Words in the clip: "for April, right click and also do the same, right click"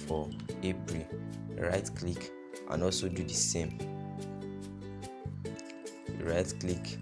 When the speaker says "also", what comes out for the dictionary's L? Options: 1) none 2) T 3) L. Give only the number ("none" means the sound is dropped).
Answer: 3